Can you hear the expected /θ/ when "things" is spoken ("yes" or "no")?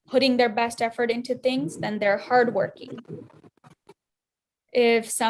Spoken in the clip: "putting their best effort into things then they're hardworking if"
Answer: yes